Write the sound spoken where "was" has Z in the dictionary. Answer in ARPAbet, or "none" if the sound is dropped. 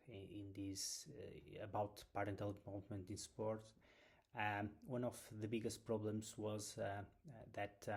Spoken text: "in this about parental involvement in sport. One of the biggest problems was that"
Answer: Z